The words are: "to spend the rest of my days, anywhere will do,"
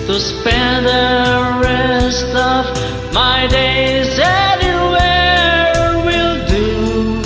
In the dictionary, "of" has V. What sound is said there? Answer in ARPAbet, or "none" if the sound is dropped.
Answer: V